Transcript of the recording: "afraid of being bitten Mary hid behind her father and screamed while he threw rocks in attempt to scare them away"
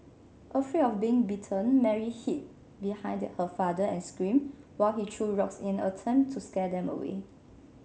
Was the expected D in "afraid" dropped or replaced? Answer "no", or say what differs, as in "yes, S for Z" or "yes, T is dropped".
yes, D is dropped